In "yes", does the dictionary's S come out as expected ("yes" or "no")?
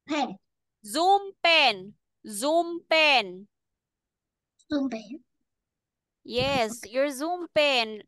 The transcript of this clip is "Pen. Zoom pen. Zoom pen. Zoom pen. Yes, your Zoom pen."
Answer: yes